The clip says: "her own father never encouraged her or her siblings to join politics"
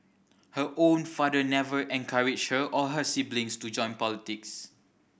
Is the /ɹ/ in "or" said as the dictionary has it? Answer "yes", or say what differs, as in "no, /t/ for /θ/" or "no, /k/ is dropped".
no, /l/ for /ɹ/